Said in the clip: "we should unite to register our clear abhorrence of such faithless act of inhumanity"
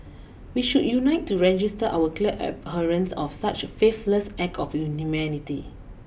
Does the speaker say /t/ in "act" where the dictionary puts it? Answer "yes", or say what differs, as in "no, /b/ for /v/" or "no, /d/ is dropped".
no, /t/ is dropped